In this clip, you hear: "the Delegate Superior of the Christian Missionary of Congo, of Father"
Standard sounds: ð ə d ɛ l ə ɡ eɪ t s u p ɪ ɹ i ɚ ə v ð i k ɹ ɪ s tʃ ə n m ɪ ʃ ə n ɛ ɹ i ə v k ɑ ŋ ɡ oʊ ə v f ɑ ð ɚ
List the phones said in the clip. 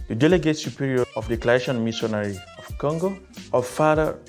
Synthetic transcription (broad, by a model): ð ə d ɛ l ə ɡ eɪ t s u p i ɹ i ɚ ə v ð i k l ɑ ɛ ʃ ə n m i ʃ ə n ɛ ɹ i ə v k ɑ ŋ ɡ oʊ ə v f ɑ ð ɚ